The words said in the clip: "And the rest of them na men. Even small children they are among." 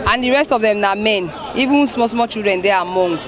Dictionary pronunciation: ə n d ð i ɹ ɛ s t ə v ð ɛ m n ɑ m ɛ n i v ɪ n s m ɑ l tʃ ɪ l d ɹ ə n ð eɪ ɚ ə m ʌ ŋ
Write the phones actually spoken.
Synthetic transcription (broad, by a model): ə n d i ɹ ɛ s t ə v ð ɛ m n ɑ m ɛ n i v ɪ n s m ɑ l tʃ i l d ɹ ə n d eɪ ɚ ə m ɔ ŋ